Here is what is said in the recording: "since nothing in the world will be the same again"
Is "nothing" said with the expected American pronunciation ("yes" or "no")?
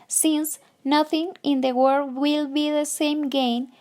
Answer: yes